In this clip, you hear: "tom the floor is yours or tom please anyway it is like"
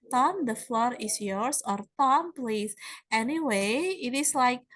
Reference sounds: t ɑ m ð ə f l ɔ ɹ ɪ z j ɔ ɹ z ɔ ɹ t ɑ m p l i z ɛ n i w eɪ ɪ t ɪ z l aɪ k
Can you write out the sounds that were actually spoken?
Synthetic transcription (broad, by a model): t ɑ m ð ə f l ɔ ɹ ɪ s j ɔ ɹ s ɔ ɹ t ɑ m p l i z ɛ n i w eɪ ɪ t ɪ s l aɪ k